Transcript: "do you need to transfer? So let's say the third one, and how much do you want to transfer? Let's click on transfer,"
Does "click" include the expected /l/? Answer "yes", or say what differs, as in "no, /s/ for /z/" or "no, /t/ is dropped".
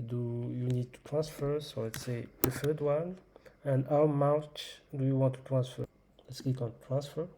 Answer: no, /l/ is dropped